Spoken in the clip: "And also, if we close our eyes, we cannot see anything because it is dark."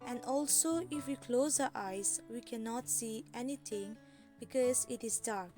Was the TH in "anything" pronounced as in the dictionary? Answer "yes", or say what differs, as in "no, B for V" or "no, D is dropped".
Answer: no, T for TH